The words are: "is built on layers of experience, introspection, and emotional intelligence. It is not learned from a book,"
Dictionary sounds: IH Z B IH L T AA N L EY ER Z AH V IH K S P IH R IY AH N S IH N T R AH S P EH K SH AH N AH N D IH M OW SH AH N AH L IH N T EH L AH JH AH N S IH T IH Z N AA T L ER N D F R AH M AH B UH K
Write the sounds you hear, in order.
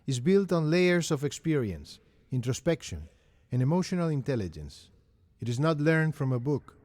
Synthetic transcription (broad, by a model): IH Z B IH L T AA N L EY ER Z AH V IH K S P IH R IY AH N S IH N T R AH S P EH K SH AH N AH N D IH M OW SH AH N AH L IH N T EH L AH JH AH N S IH T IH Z N AA T L ER N D F R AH M AH B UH K